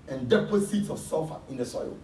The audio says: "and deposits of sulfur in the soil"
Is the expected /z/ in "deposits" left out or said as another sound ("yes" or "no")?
yes